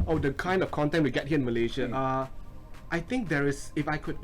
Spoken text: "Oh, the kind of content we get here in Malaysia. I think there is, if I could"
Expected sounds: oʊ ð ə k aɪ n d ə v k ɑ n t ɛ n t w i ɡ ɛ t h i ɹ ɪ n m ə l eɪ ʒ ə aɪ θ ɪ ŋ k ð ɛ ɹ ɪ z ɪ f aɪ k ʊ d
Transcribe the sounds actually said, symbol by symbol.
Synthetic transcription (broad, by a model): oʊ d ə k aɪ n d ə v k ɑ n t ɛ n t w i ɡ ɛ t h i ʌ ɪ n m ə l eɪ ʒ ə aɪ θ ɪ ŋ k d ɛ ɹ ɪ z ɪ f aɪ k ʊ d